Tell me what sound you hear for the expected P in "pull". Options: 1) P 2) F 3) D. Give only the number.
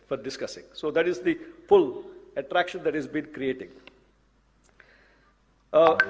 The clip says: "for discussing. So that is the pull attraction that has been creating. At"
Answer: 2